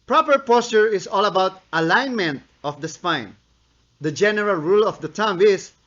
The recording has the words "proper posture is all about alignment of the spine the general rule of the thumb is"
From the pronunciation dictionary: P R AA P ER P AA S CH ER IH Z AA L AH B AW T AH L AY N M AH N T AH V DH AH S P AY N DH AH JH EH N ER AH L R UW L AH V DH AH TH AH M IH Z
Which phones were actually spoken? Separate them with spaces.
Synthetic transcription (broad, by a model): P R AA P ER P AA S CH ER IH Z AA L AH B AW T AH L AY N M AH N T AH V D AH S P AY N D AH JH EH N ER AH L R UW L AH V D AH T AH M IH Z